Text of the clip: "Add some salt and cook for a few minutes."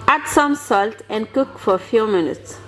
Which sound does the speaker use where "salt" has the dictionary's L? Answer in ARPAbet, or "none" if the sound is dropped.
L